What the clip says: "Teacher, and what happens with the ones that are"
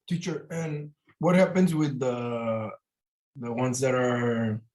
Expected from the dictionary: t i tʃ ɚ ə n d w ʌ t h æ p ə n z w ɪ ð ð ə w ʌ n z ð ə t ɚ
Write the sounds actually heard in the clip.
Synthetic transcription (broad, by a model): t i tʃ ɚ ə n w ʌ t h æ p ə n z w ɪ ð ð ə w ʌ n z ð ə t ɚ